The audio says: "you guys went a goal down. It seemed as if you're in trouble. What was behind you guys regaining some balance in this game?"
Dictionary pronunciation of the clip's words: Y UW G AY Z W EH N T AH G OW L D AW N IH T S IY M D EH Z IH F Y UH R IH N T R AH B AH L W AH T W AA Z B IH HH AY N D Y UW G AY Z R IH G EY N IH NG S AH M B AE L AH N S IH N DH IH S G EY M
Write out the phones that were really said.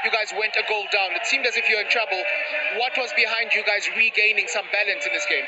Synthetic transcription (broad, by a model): Y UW G AY Z W EH N T AH G OW L D AW N IH T S IY M D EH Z IH F Y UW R IH N T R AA B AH L W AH T W AA Z B IH HH AY N D Y UW G AY Z R IH G EY N IH NG S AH M B AE L AH N S IH N DH IH S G EY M